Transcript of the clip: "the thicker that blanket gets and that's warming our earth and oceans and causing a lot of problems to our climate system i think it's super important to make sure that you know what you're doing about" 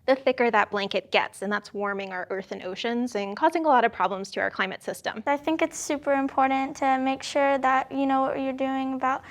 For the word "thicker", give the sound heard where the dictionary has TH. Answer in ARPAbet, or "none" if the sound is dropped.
TH